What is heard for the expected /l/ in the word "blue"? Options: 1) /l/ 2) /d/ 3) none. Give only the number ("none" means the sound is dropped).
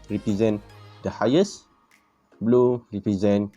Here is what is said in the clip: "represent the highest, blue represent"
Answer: 1